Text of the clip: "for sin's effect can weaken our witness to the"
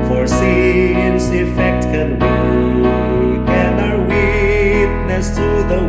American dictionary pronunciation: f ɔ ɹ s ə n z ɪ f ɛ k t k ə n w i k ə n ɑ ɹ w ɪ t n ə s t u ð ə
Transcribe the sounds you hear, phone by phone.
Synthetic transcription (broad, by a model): f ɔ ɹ s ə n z ɪ f ɛ k t k ə n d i ə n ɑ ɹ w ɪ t n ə s t u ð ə